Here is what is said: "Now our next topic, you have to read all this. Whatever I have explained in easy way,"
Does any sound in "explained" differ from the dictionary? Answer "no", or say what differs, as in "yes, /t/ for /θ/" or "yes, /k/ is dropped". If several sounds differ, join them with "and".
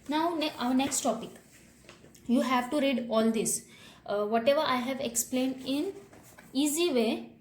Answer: no